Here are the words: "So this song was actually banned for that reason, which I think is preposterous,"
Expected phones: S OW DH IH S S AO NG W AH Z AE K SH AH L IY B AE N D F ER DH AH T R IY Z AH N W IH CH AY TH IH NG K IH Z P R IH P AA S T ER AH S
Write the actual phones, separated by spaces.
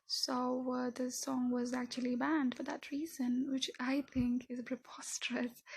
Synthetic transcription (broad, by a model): S OW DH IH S S AO NG W AH Z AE K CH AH L IY B AE N D F ER DH AH T R IY Z AH N W IH CH AY TH IH NG K IH Z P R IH P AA S T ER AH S